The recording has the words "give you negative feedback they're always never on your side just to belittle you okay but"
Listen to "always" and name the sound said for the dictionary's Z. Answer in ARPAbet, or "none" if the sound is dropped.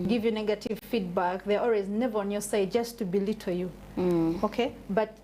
Z